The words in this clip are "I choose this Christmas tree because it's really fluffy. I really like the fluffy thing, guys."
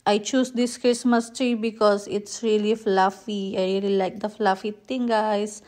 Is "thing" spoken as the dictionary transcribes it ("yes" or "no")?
no